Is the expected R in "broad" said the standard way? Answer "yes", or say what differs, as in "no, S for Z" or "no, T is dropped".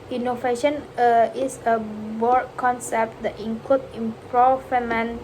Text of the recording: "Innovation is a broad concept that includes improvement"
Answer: no, R is dropped